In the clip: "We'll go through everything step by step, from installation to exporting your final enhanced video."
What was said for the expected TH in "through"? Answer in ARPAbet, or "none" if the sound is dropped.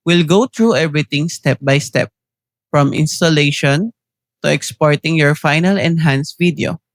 T